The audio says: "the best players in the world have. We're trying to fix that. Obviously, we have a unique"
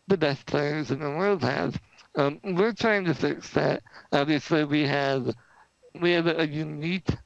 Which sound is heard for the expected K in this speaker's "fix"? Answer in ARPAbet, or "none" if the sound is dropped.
K